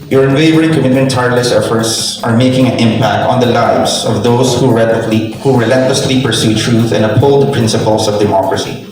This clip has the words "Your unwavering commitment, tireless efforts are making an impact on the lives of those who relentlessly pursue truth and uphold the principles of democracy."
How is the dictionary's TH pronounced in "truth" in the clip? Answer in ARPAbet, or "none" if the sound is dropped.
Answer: TH